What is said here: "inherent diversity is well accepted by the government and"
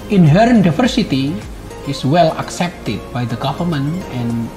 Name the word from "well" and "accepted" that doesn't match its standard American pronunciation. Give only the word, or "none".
none